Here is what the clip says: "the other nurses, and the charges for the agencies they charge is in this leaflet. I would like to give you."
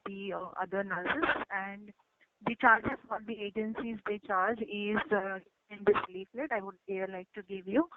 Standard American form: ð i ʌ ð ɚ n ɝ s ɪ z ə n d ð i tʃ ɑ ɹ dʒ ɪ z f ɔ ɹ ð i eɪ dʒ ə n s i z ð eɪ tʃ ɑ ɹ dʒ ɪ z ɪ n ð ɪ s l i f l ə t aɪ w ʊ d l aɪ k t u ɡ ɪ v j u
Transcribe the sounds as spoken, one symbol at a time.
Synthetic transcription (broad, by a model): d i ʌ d ɚ n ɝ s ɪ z ə n d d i tʃ ɑ ɹ dʒ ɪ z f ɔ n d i eɪ dʒ ə n s i z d eɪ tʃ ɑ ɹ dʒ ɪ z ɪ n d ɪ s l i f l ə t aɪ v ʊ d l aɪ k t u ɡ ɪ v j u